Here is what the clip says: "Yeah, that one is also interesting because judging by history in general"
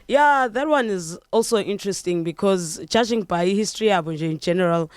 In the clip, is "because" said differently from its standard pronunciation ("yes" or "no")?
no